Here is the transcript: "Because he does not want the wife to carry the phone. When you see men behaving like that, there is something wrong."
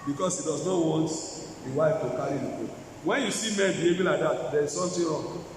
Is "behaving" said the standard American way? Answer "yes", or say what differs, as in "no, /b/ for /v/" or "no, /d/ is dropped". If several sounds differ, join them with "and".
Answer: no, /b/ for /v/